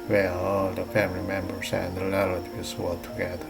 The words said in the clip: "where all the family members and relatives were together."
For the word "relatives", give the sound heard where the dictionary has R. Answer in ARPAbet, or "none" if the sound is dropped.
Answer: L